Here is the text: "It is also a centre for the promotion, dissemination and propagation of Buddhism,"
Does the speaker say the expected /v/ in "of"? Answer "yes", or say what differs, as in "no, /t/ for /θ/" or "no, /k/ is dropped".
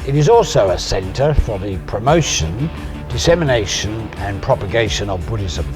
yes